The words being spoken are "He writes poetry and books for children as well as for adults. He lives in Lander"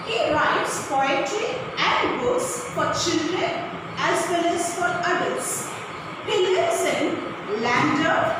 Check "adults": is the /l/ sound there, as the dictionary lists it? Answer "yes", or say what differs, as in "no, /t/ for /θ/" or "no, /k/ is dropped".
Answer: no, /l/ is dropped